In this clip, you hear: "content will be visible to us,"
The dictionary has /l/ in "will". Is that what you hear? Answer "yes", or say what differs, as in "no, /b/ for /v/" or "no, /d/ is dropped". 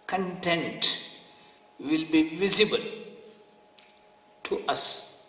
yes